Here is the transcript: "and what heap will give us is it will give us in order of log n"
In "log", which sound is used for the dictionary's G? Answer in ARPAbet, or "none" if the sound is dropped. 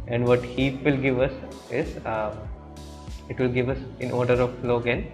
G